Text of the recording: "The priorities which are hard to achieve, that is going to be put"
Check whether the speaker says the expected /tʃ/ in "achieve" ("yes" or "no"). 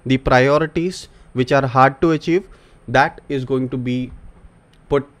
yes